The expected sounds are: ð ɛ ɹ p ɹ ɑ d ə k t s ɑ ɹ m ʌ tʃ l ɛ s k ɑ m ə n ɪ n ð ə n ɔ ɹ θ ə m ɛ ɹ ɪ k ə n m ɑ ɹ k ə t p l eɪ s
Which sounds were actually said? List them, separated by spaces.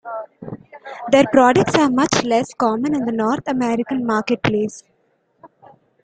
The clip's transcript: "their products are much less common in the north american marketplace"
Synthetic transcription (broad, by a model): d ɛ ɹ p ɹ ɑ d ə k t s ɑ ɹ m ʌ tʃ l ɛ s k ɑ m ə n ɪ n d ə n ɔ ɹ t ə m ɛ ɹ ɪ k ə n m ɑ ɹ k ə t p l eɪ s